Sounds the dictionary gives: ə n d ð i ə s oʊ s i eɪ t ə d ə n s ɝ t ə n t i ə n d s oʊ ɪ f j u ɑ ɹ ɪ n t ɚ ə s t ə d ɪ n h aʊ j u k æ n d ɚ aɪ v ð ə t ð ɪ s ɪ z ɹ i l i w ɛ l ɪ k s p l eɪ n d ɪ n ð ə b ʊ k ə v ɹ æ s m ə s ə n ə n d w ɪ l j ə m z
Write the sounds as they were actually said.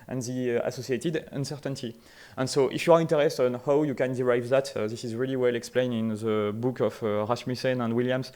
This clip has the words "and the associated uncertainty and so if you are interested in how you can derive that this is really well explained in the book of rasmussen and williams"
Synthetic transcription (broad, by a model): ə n ð i ə s oʊ s i eɪ t ə d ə n s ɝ t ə n t i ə n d s oʊ ɪ f j u ɑ ɹ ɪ n t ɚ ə s t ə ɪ n h aʊ j u k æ n d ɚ aɪ v ð ə t ð ɪ s ɪ z ɹ i l i w ɛ l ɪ k s p l eɪ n ɪ n ð ə b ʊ k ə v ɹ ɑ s m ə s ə n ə n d w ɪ l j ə m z